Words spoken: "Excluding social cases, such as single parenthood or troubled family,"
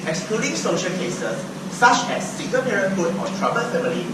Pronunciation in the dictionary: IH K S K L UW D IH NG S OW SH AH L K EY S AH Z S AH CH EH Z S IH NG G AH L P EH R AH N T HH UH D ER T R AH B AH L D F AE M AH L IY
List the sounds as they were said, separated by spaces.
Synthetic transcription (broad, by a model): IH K S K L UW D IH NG S OW SH AH L K EY S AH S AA CH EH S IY G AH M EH R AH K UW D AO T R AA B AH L F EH M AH L IY